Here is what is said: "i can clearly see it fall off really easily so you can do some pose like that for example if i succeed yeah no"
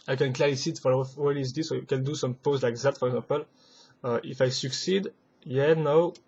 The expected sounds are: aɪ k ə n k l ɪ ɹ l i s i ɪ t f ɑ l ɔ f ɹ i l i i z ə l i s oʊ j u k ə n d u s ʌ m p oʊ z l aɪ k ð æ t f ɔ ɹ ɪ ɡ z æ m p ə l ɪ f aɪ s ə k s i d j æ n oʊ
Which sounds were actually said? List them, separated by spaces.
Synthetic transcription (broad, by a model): aɪ k ə n k l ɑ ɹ i s i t f ɑ l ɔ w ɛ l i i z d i s oʊ j u k ə n d u s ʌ m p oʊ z l aɪ k ð æ t f ɔ ɹ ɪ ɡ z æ p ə l ɪ f aɪ s ə k s i d j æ n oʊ